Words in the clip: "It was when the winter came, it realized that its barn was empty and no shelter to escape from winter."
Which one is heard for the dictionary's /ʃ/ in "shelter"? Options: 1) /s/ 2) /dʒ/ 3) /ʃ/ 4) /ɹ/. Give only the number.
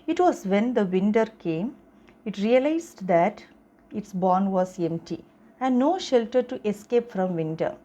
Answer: 3